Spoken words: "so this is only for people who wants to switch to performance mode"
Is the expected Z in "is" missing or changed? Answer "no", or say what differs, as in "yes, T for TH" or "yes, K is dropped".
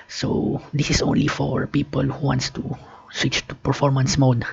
yes, S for Z